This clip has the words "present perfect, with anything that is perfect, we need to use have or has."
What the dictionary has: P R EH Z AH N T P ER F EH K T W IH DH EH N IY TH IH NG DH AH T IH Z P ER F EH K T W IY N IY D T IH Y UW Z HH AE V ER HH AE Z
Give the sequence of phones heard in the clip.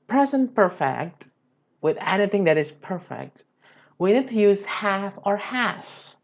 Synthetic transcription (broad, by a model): P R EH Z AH N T P ER F EH K T W IH DH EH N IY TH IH NG DH AH T IH Z P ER F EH K T W IY N IY D T IH Y UW Z HH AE F ER HH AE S